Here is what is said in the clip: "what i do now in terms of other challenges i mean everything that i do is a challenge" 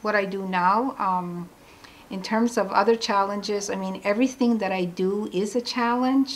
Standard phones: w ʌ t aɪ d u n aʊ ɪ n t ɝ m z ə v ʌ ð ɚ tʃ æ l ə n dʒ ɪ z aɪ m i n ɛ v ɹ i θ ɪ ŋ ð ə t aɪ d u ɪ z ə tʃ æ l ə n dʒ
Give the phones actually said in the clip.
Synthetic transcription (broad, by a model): w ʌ t aɪ d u n aʊ ɪ n t ɝ m z ə v ʌ ð ɚ tʃ æ l ə n dʒ ɪ z aɪ m i n ɛ v ɹ i θ ɪ ŋ ð ə t aɪ d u ɪ z ə tʃ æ l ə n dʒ